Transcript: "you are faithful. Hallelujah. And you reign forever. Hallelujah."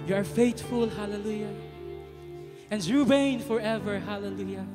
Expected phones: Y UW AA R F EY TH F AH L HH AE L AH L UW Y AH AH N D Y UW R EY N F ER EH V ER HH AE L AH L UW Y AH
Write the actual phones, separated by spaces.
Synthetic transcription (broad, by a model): Y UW AA R F EY T F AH L HH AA L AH L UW Y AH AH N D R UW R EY N F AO EH V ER HH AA L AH L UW Y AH